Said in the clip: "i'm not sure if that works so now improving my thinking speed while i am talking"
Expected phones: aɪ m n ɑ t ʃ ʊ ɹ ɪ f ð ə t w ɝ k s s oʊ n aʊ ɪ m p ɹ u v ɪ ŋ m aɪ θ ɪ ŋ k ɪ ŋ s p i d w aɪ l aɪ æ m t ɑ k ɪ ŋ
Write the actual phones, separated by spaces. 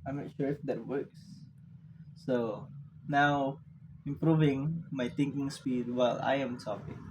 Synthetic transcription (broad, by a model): aɪ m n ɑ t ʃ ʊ ɹ ɪ f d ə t w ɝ k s s oʊ n aʊ ɪ m p ɹ u v ɪ ŋ m aɪ t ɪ ŋ k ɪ ŋ s p i d w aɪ l aɪ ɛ m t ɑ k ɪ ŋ